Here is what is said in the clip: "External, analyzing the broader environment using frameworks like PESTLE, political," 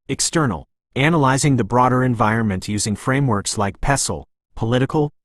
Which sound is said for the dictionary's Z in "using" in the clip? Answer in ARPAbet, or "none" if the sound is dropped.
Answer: Z